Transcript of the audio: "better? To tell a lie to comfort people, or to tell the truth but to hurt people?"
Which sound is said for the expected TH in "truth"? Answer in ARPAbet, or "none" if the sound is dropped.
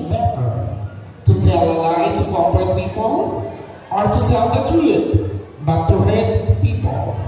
T